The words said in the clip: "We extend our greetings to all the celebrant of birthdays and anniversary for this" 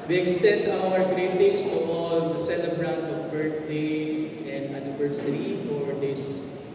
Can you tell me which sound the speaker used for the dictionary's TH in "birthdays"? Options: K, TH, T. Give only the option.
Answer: T